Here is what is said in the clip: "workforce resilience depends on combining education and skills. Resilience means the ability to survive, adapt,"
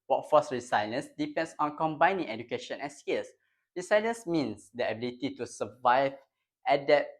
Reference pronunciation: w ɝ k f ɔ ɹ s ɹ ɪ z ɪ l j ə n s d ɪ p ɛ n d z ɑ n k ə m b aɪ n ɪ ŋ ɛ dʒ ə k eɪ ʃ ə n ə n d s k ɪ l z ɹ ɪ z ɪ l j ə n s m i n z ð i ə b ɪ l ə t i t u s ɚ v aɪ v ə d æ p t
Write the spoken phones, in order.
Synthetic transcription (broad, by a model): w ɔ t f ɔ s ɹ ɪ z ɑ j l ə n s d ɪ p ɛ n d s ɑ n k ə m b aɪ n ɪ ŋ ɛ dʒ ə k eɪ ʃ ə n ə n s k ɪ l s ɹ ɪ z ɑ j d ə n s m i n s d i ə b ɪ l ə t i t u s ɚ v aɪ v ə d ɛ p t